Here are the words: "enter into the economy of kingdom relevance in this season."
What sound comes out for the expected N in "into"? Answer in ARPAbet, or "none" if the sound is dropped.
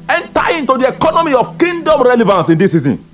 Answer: N